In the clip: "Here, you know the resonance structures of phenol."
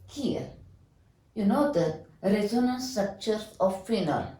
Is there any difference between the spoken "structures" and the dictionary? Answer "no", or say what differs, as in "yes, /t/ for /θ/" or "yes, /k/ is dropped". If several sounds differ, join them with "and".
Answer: yes, /z/ is dropped